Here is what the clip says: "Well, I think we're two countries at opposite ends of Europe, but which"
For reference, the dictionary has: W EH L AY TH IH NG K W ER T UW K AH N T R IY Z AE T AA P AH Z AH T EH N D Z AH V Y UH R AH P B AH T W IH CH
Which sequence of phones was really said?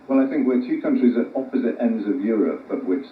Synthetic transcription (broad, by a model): W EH L AY TH IH NG K W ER T UW K AH N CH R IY Z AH T AA P AH Z AH T EH N D Z AH V Y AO R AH P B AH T W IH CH